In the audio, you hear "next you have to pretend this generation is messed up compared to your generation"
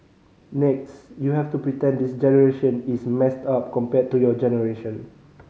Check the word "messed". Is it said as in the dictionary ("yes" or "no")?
yes